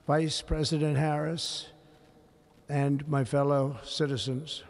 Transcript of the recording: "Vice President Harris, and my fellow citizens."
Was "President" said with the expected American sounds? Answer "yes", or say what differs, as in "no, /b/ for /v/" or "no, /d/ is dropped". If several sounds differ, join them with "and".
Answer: yes